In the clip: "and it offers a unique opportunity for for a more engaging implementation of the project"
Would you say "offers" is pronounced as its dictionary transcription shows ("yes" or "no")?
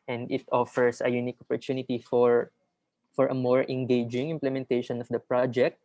no